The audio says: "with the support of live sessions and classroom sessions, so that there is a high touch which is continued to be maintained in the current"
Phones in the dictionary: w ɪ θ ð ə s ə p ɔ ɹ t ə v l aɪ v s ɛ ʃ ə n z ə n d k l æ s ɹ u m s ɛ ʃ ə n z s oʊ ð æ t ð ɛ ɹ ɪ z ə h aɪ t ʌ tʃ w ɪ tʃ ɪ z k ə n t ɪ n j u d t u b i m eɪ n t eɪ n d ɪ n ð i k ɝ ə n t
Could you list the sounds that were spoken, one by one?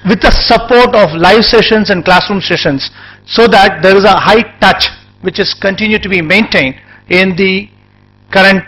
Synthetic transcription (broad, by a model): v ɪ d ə s ə p ɔ ɹ t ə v l aɪ v s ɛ ʃ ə n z ə n d k l æ s ɹ u m s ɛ ʃ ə n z s oʊ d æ t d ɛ ɹ ɪ z ə h aɪ t ʌ tʃ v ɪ tʃ ɪ z k ə n t ɪ n j u d t u b i m eɪ n t eɪ n d ɪ n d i k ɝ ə n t